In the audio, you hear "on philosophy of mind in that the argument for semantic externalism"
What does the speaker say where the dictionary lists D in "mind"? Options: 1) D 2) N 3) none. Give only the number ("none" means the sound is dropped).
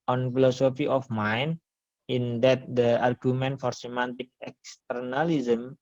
3